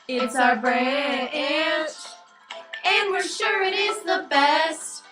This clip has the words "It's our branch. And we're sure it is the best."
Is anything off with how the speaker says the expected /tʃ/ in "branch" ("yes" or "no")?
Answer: yes